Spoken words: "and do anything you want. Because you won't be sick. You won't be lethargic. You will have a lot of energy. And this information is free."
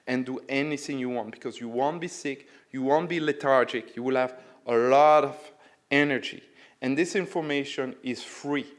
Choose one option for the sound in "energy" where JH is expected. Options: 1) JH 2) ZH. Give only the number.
1